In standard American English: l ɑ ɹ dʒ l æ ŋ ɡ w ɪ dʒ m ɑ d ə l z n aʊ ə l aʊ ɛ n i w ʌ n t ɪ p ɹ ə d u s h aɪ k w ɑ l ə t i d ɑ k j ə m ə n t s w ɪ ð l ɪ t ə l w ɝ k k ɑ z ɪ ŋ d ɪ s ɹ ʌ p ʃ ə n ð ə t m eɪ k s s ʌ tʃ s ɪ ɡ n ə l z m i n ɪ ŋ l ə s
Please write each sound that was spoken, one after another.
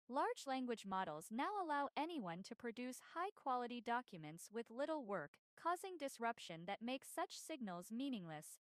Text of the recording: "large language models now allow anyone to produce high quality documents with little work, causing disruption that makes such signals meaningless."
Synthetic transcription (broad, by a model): l ɑ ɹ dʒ l æ ŋ ɡ w ɪ dʒ m ɑ d l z n aʊ ə l aʊ ɛ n i w ʌ n t ɪ p ɹ ə d u s h aɪ k w ɑ l ə t i d ɑ k j ə m ə n t s w ɪ ð l ɪ t l w ɝ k k ɑ z ɪ ŋ d ɪ s ɹ ʌ p ʃ ə n ð ə t m eɪ k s s ʌ tʃ s ɪ ɡ n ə l z m i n ɪ ŋ l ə s